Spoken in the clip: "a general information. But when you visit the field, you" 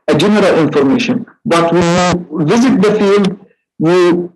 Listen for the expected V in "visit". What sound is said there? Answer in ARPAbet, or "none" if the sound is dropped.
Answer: V